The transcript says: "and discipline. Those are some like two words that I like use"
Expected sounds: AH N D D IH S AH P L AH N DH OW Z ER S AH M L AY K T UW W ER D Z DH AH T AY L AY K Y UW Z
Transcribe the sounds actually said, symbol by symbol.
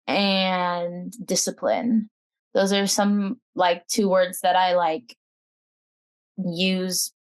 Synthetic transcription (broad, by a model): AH N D D IH S AH P L AH N DH OW Z ER S AH M L AY K T UW W ER D Z DH AH T AY L AY K Y UW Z